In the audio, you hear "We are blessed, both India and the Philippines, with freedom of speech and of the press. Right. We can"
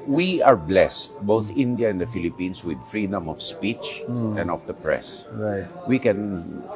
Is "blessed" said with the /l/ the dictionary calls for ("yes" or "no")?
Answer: yes